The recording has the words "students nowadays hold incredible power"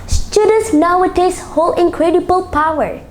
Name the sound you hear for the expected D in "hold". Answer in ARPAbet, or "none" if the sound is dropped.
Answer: none